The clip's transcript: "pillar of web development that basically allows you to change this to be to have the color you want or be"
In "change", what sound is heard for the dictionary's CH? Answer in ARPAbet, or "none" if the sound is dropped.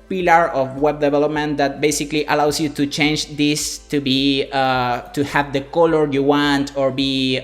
CH